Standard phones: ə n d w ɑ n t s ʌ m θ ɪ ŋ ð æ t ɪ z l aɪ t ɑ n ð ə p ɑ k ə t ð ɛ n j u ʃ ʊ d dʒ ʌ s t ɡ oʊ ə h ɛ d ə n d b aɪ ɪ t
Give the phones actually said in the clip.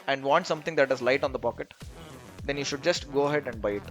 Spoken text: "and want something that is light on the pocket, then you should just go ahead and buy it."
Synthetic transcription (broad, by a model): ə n d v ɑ n t s ʌ m t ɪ ŋ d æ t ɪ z l aɪ t ɑ n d ə p ɑ k ə t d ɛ n j u ʃ ʊ d dʒ ʌ s t ɡ oʊ ə h ɛ d ə n d b aɪ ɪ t